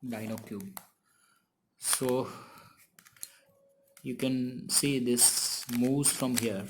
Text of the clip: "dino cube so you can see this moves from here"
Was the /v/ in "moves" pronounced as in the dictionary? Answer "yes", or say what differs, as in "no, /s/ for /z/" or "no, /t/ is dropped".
no, /v/ is dropped